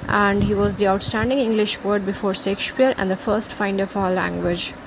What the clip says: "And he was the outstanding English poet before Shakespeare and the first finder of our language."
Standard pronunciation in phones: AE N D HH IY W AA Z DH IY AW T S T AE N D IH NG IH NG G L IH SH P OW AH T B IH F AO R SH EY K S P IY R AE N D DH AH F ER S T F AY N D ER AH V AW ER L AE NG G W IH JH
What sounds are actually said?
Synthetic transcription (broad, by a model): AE N D HH IY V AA Z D IY AW T S T AE N D IH NG IH NG G L IH SH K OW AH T B IH F AO R S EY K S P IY R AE N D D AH F ER S T F AY N D ER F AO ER L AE NG G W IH JH